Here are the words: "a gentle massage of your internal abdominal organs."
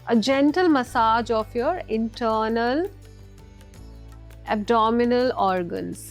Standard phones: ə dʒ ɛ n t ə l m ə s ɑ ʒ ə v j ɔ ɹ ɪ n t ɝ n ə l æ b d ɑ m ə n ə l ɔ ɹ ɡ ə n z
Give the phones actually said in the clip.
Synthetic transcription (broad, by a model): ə dʒ ɛ n t ə l m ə s ɑ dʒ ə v j ɔ ɹ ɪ n t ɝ n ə l æ b d ɑ m ə n ə l ɔ ɹ ɡ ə n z